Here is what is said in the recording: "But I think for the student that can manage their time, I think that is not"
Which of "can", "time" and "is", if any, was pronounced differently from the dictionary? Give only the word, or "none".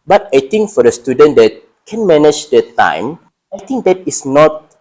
is